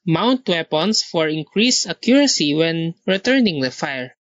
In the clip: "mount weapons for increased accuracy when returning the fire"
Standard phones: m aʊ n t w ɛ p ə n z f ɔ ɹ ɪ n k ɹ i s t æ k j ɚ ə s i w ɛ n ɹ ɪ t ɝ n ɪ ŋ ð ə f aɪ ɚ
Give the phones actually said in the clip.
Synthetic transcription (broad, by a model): m aʊ n t w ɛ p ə n s f ɔ ɹ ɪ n k ɹ i s ʌ k j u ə s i w ɛ n ɹ ɪ t ɝ n ɪ ŋ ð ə f aɪ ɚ